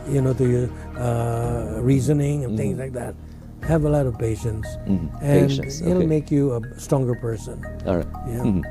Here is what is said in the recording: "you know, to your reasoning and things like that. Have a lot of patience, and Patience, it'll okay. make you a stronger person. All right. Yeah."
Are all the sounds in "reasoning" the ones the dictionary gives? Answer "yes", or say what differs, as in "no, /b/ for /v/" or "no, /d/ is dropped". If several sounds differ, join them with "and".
yes